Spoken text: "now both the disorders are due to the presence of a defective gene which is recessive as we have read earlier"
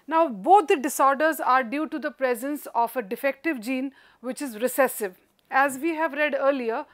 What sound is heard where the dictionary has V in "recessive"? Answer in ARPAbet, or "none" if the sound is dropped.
V